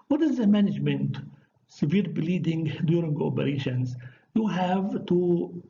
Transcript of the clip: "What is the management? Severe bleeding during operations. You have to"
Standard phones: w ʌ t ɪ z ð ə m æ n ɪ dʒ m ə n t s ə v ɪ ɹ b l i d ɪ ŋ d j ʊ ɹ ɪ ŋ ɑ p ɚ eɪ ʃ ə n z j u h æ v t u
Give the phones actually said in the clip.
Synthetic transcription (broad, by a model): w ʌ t ɪ z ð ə m æ n ɪ dʒ m ə n t s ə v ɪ ɹ b l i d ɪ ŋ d j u ɹ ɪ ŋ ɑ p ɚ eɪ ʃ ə n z j u h æ v t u